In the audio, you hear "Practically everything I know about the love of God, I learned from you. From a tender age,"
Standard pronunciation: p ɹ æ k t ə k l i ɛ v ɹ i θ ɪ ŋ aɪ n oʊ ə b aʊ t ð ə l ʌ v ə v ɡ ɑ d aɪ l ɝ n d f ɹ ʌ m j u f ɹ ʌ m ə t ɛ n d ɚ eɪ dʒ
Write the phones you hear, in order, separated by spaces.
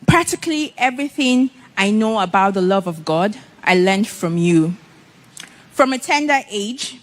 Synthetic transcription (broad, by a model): p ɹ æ k t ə k l i ɛ v ɹ i θ ɪ ŋ aɪ n oʊ ə b aʊ t ð ə l ʌ v ə v ɡ ɑ d aɪ l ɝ n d f ɹ ʌ m j u f ɹ ʌ m ə t ɛ n d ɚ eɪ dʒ